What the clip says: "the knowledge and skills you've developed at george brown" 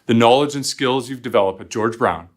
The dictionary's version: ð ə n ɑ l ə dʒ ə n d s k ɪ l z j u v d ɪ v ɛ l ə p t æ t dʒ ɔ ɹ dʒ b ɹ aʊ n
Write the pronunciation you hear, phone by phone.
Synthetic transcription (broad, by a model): ð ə n ɑ l ə dʒ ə n s k ɪ l z j u v d ɪ v ɛ l ə p t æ t dʒ ɔ ɹ dʒ b ɹ aʊ n